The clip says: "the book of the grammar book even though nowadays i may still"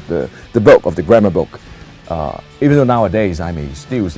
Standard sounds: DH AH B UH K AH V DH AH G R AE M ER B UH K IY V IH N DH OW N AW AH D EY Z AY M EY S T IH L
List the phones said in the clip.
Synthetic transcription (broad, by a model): DH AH B UH K AH V DH AH G R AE M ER B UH K IY V IH N DH OW N AW AH D EY Z AY M EY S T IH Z